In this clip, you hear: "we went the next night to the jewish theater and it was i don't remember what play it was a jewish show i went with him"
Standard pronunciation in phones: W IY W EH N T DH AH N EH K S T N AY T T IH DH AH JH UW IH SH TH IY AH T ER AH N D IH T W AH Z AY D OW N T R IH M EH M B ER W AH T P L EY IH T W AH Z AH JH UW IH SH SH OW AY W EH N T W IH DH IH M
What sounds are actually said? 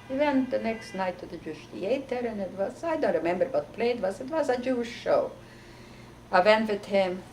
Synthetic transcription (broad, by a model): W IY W EH N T DH AH N EH K S T N AY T T IH DH AH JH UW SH T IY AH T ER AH N IH T W AH Z AY D OW N T R IH M EH M B ER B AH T P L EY IH T W AH Z AH JH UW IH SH SH OW AY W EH N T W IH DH IH M